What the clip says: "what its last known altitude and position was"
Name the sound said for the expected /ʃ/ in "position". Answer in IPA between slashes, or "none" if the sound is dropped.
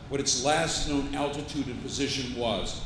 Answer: /ʃ/